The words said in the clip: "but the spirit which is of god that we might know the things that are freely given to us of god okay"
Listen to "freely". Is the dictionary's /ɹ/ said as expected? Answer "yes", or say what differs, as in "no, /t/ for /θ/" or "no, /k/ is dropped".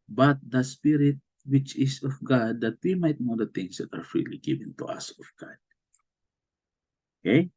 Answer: yes